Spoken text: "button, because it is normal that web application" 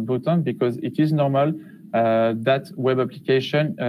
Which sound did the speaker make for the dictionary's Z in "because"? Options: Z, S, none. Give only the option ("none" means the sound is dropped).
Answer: Z